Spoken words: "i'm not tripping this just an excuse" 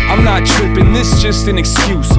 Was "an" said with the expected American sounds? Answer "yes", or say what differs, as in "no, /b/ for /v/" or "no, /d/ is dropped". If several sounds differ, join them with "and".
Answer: yes